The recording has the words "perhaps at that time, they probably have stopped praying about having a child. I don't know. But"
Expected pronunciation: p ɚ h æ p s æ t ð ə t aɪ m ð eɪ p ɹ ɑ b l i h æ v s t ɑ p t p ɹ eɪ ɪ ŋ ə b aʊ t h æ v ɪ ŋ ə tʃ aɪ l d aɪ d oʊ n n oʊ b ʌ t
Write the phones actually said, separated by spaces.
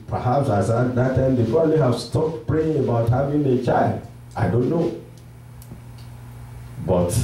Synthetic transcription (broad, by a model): p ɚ h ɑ p s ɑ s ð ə t aɪ m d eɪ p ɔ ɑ l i h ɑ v s t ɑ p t p ɹ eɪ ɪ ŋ ə b aʊ t h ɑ v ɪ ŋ ə tʃ aɪ l d aɪ d oʊ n n oʊ b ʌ t